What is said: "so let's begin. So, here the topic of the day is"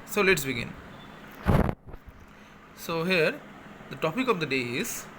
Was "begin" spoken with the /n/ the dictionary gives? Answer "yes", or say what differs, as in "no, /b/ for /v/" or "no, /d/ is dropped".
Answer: yes